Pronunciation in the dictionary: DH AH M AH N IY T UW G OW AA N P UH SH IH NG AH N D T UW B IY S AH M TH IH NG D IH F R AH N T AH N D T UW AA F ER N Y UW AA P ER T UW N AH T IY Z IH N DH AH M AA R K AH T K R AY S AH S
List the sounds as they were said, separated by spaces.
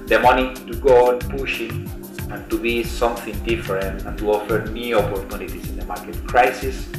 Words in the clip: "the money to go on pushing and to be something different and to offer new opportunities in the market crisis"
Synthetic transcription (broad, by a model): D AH M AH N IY T UW G OW AA N P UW SH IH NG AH N T UW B IY S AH M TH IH NG D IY F R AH N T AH N T UW AA F ER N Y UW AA P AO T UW N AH T IY S IH N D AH M AA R K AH T K R AY S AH S